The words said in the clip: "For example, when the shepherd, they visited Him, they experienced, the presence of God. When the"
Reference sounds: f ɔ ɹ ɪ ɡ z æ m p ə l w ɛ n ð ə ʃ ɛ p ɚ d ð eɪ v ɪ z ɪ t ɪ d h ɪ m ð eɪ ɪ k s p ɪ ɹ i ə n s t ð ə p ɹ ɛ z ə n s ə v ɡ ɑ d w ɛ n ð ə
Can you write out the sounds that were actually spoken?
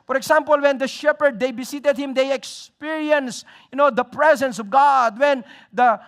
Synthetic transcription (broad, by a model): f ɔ ɹ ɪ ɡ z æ m p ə l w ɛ n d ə ʃ ɛ p ɚ d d eɪ b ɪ s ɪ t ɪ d h ɪ m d eɪ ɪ k s p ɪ ɹ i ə n s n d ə p ɹ ɛ z ə n s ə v ɡ ɑ d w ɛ n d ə